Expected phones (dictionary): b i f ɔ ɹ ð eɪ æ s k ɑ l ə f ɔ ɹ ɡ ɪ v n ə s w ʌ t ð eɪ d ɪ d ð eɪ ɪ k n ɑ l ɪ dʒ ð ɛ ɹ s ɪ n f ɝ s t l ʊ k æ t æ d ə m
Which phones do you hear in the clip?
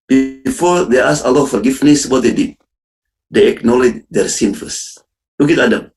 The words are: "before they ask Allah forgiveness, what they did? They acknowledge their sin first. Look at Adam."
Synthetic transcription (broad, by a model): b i f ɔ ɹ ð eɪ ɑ s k ɑ l ə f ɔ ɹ ɡ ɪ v n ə s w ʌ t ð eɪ d ɪ d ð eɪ ɪ k n ɑ l ɪ dʒ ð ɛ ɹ s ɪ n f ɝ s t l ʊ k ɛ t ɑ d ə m